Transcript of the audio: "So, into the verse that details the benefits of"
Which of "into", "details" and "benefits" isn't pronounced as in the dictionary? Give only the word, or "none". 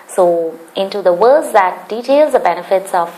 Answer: none